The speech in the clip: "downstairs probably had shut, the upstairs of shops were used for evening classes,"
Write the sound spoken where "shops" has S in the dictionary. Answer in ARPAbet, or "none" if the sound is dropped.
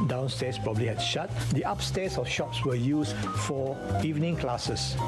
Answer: S